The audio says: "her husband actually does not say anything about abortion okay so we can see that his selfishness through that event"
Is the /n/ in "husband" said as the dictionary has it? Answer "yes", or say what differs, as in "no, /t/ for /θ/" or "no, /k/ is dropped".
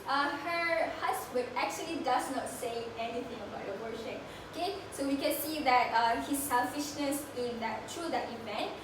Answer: no, /n/ is dropped